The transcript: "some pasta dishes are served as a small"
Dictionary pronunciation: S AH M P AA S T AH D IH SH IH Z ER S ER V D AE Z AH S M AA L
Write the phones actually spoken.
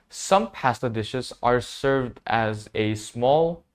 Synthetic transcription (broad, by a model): S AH M P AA S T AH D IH SH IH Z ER S ER V D AE Z AH S M AA L